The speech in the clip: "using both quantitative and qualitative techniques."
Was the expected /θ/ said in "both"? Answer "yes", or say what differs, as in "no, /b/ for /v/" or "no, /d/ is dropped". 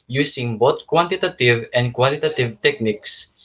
no, /t/ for /θ/